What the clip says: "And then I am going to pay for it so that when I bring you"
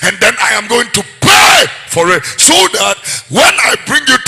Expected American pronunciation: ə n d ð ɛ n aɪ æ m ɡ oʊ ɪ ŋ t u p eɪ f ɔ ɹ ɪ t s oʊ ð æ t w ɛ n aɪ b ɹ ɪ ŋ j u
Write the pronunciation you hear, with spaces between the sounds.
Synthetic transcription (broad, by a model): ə n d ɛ n aɪ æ m ɡ oʊ ɪ ŋ t u p eɪ f ɔ ɹ ɪ t s oʊ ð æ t w ɛ n aɪ b ɹ ɪ ŋ j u